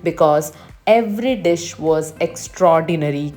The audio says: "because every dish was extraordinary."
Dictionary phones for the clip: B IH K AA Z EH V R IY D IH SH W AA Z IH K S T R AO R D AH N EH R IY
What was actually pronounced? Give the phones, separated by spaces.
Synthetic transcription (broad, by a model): B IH K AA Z EH V R IY D IH SH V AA Z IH K S T R AO R D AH N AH R IY